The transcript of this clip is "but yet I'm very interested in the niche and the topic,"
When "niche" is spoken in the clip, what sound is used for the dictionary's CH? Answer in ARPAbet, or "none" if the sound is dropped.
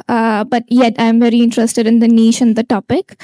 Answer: SH